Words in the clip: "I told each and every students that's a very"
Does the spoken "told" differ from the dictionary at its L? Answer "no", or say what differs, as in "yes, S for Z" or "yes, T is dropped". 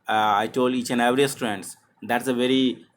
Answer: no